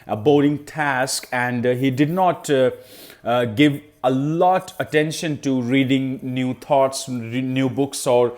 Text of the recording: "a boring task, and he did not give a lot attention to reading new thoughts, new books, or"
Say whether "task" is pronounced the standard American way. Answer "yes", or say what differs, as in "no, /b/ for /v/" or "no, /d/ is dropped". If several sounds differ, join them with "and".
yes